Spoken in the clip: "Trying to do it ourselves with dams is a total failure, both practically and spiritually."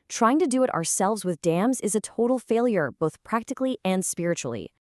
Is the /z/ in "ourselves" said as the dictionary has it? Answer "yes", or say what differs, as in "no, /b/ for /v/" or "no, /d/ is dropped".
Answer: yes